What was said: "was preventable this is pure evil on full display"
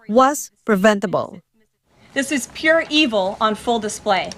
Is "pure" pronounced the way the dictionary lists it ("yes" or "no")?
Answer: yes